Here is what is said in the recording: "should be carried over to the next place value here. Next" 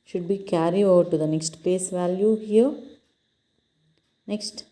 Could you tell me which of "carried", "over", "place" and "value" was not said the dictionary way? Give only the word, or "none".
carried